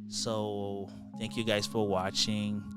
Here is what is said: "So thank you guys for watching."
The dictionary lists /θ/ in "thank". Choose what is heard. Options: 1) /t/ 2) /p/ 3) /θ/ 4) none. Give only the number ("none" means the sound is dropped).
3